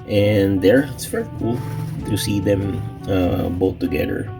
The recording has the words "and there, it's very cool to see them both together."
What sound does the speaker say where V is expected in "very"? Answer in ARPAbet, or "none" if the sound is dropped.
F